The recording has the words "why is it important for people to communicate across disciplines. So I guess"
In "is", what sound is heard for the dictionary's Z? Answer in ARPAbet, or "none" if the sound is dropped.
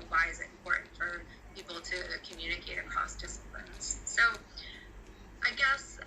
Z